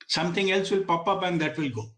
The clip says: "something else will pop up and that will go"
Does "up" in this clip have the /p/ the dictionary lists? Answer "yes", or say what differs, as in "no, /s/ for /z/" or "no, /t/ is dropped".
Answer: no, /b/ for /p/